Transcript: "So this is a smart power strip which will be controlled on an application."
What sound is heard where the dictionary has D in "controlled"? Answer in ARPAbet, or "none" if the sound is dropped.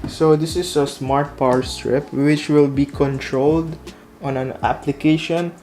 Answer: D